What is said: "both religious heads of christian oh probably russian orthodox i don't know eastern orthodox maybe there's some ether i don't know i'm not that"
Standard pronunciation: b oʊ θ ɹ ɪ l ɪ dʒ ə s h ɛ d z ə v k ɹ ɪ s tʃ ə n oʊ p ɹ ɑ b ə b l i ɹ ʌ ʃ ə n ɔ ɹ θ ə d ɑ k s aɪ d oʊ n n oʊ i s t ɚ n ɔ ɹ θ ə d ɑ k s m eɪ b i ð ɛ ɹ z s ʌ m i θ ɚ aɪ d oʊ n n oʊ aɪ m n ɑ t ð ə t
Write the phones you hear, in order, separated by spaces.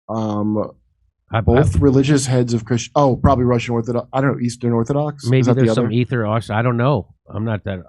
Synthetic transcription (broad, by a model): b oʊ θ ɹ ɪ l ɪ dʒ ə s h ɛ d z ə v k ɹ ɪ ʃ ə ʊ p ɹ ɑ b ə b l i ɹ ʌ ʃ ə n ɔ ɹ θ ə d ɑ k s aɪ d oʊ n n oʊ i s t ɚ n ɔ ɹ θ ə d ɑ k s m eɪ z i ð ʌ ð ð s ʌ m i θ ɚ aɪ d oʊ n n oʊ aɪ m n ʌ t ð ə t